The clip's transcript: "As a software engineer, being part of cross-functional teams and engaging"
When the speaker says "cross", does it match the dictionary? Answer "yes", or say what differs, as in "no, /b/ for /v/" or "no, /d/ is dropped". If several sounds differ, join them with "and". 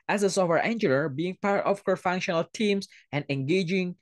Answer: no, /ɹ/ is dropped